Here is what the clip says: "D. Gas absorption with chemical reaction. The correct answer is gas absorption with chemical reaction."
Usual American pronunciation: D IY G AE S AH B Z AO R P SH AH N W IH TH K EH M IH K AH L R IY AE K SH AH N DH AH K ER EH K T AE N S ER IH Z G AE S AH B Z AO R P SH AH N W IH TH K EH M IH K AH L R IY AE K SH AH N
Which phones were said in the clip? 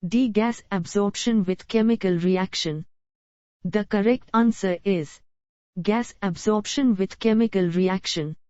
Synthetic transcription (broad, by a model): D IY G AE S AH B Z AO R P SH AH N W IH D K EH M IH K AH L R IY AE K SH AH N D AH K ER EH K T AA N S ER IH Z G AE S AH B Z AO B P SH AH N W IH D K EH M IH K AH L R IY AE K SH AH N